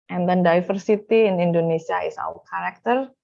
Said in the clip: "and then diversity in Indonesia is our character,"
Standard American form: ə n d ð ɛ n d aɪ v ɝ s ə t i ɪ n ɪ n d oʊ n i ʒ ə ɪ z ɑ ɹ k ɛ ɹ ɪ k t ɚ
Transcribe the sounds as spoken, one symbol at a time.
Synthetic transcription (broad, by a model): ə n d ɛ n d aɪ f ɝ s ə t i ɪ n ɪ n d oʊ n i s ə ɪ s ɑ w k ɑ ɹ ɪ k t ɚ